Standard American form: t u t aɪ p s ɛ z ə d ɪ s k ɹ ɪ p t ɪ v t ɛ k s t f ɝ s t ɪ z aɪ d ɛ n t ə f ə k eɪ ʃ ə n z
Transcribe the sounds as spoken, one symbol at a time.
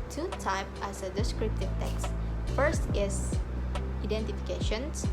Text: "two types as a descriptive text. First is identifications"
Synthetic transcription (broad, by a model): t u t aɪ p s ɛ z ə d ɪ s k ɹ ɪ p t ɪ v t ɛ k s t f ɝ s t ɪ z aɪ d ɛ n t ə f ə k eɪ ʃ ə n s